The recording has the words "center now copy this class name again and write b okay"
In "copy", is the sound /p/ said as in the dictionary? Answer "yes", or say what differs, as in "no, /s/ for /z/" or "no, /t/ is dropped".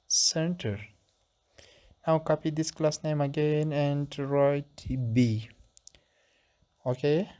yes